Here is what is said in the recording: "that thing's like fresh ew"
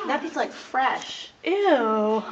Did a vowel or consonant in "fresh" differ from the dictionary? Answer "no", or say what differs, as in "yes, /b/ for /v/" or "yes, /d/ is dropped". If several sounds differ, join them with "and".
no